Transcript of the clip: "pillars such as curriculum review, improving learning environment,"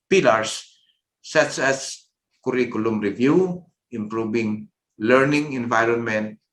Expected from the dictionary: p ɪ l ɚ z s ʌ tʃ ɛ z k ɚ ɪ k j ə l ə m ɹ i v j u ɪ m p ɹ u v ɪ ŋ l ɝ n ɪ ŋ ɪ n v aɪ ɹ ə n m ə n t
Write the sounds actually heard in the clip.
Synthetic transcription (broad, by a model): p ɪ l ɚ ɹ s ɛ s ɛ s k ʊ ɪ k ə l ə m ɹ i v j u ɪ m p ɹ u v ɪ ŋ l ɝ n ɪ ŋ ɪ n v aɪ ɹ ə n m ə n t